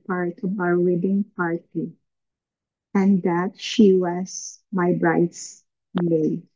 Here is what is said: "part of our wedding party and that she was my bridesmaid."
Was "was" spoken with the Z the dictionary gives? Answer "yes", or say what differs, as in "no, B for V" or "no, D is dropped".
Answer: no, S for Z